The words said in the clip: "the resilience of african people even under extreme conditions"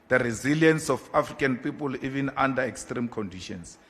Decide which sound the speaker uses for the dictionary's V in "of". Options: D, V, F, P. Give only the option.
F